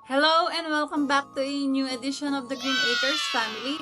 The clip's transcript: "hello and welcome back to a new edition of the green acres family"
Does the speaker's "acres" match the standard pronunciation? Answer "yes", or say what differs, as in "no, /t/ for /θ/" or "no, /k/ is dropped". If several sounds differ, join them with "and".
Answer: no, /s/ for /z/